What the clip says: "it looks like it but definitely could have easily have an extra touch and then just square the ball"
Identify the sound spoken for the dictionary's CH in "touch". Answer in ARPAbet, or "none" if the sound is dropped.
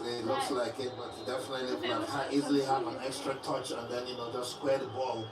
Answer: CH